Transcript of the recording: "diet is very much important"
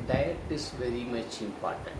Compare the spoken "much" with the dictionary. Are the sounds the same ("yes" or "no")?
yes